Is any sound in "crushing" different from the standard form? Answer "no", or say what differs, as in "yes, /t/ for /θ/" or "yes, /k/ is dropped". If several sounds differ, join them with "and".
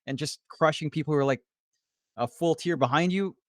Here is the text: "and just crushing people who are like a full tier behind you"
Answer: no